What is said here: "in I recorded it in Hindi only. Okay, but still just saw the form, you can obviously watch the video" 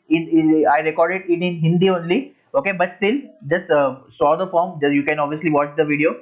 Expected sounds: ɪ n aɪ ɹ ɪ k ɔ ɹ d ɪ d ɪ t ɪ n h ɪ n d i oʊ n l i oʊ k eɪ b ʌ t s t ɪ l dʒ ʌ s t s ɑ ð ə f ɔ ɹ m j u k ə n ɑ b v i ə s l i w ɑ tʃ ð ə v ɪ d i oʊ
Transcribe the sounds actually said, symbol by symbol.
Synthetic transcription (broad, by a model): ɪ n aɪ ɹ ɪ k ɔ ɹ d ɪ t ɪ t ɪ n h ɪ n d i oʊ n l i oʊ k eɪ b ʌ t s t ɪ l dʒ ʌ s t s ɑ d ə f ɔ ɹ m j u k ə n ɑ b v i ə s l i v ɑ tʃ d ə v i d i oʊ